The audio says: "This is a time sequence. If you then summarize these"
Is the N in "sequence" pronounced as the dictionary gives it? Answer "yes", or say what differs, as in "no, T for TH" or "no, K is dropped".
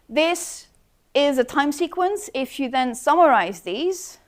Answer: yes